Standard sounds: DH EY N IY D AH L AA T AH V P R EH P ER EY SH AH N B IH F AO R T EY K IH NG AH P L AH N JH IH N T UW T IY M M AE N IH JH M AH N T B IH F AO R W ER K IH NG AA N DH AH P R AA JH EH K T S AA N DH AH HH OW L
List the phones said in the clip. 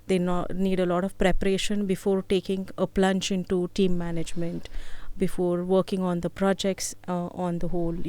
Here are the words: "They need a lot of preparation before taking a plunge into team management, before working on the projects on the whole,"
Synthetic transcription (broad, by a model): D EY N IY D AH L AA T AH V P R EH P ER EY SH AH N B IH F AO R T EY K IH NG AH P L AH N CH IH N T UW T IY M M AE N IH JH M AH N T B IH F AO R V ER K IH NG AA N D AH P R AA JH EH K T S AA N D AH HH OW L